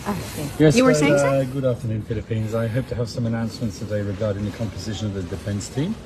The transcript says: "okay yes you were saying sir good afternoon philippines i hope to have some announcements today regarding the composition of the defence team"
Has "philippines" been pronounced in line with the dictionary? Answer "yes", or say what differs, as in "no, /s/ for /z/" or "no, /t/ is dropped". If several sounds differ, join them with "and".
yes